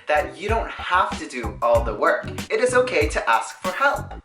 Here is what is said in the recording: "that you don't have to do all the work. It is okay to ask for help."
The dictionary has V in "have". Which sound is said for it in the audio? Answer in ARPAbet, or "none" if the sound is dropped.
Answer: F